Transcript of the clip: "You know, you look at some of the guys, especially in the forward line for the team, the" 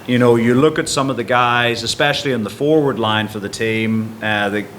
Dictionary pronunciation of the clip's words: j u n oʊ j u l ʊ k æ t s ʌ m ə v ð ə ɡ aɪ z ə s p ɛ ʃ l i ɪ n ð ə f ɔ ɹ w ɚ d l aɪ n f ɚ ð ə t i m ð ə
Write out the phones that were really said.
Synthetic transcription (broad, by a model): j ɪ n oʊ j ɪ l ʊ k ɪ t s ʌ m ə v ð ə ɡ aɪ z ə s p ɛ ʃ l i ɪ n ð ə f ɔ ɹ w ɚ d l aɪ n f ɚ ð ə t i m ð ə